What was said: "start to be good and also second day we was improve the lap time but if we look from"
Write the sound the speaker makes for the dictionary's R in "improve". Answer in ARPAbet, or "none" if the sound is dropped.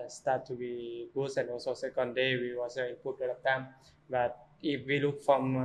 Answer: none